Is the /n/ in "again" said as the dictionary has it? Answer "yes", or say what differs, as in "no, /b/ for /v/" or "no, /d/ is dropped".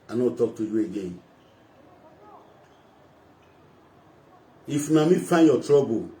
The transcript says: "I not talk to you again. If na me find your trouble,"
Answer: yes